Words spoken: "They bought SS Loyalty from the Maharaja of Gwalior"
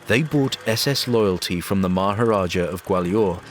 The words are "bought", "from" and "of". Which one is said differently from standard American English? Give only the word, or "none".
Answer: none